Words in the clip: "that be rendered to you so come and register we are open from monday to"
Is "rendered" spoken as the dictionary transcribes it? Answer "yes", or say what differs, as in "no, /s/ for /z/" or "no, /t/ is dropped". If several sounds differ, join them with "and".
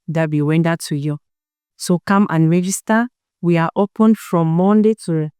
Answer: no, /w/ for /ɹ/